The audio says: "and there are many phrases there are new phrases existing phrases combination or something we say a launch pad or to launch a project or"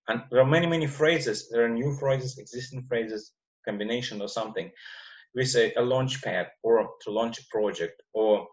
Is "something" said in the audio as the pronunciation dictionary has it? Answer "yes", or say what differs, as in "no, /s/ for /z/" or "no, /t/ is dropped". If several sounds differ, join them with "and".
yes